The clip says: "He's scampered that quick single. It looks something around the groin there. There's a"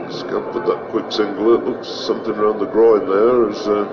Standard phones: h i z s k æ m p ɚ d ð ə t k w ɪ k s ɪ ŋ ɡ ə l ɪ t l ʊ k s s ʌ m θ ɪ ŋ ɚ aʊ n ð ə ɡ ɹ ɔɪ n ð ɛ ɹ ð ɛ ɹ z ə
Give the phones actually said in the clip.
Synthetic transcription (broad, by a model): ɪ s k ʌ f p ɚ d ð ə t k w ɪ k s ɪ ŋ ɡ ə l ɪ t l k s s ʌ m θ ɪ ŋ ɚ aʊ n ð ə ɡ ɹ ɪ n ð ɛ ɹ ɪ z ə